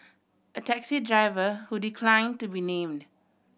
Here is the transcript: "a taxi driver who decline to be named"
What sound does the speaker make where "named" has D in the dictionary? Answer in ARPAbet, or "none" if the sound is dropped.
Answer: D